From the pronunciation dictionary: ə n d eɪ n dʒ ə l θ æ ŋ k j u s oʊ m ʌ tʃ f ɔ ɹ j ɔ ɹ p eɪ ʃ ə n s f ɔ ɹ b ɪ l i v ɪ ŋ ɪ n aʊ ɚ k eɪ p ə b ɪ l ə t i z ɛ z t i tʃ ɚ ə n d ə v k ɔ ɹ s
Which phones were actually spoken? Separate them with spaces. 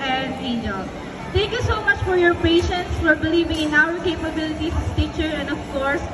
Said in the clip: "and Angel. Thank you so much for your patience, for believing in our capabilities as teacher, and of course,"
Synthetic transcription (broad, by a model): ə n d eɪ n ə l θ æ ŋ k j u s oʊ m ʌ tʃ f ɔ ɹ j ɔ ɹ p eɪ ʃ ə n s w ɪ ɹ b ɪ l i v ɪ ŋ ɪ n aʊ ɚ k eɪ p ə b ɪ l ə t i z t i tʃ ɚ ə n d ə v k ɔ ɹ s